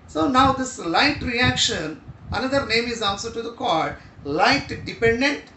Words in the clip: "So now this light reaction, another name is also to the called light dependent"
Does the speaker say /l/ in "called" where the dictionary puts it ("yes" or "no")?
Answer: no